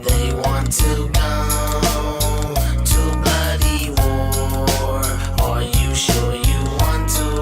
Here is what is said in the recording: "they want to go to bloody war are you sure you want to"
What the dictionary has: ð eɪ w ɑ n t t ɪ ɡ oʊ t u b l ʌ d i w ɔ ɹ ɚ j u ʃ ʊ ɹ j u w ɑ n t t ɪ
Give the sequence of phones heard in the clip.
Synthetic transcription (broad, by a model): ð eɪ w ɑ n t t ɪ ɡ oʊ t u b ʌ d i w ɔ ɹ ɚ j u ʃ ʊ ɹ j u w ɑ n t t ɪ